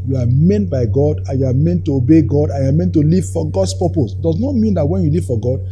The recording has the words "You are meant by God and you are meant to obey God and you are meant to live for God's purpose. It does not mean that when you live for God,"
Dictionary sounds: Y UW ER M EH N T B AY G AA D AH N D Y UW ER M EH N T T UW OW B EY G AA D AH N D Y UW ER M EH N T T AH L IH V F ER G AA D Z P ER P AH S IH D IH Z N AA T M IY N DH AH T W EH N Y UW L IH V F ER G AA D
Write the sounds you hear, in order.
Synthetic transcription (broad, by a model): Y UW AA M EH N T B AY G AA D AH N Y UW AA M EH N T T UW OW B EY G AA D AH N Y UW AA M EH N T T AH L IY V F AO G AA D S P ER P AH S D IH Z N AA T M IY N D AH T W EH N Y UW L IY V F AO G AA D